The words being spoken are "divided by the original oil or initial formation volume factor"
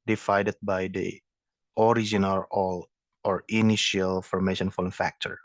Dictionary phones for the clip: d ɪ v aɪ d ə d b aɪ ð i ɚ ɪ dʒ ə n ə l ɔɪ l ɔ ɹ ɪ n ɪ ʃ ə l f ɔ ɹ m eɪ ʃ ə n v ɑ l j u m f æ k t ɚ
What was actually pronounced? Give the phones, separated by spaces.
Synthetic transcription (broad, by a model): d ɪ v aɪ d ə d b aɪ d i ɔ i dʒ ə n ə l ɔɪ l ɔ ɹ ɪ n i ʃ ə l f ɔ ɹ m eɪ ʃ ə n f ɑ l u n f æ k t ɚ